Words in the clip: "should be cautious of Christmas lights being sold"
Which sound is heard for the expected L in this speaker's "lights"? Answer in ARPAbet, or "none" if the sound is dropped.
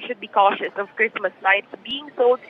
N